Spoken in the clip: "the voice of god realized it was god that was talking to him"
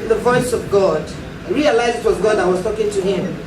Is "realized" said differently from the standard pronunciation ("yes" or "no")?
yes